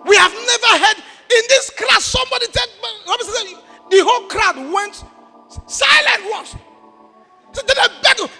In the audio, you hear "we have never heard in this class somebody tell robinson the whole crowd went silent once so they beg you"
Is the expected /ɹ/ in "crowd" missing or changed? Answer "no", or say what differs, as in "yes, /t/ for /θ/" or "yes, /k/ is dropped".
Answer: no